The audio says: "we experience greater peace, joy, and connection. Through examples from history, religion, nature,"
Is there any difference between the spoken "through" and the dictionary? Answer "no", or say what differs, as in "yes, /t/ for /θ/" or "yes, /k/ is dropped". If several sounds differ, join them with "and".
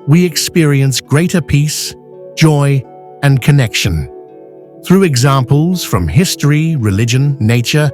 no